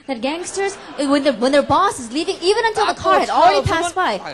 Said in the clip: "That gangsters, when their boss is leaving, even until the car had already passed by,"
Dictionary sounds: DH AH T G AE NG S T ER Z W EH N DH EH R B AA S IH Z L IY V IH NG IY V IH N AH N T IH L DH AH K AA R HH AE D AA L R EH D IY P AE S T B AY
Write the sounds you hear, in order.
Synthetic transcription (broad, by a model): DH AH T G AE NG S T ER Z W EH N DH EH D B AA S IH Z L IY V IH NG IY V IH N AH N T IH L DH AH K AA R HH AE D AA L R EH D IY P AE S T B AY